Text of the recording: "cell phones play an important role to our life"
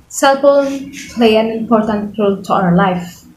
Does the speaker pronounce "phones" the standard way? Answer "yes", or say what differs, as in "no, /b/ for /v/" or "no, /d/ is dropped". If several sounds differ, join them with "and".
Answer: no, /p/ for /f/